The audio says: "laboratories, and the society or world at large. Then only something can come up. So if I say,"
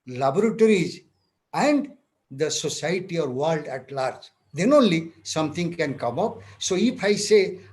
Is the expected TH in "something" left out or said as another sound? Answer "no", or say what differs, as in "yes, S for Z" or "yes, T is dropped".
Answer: yes, T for TH